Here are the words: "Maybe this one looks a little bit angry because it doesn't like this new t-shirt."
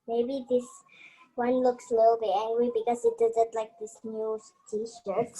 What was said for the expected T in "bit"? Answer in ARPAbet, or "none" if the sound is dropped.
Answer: none